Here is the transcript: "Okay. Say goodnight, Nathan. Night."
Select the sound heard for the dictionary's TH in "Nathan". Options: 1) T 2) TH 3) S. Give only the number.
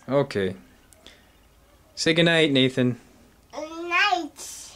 2